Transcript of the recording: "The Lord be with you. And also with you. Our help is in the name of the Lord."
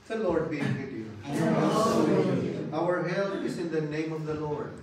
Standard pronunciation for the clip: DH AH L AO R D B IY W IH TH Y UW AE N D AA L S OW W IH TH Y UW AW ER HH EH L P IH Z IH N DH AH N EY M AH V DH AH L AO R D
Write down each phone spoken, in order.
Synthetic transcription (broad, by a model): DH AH L AO R D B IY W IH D Y UW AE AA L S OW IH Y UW AW ER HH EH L IH Z IH N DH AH N EY M AH V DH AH L AO R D